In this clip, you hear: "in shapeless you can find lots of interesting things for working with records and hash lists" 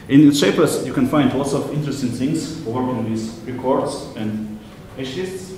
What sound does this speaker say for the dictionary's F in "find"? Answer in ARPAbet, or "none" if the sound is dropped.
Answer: F